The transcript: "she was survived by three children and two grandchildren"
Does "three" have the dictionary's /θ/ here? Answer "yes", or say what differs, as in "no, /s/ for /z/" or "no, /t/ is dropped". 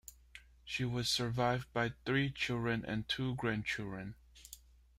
yes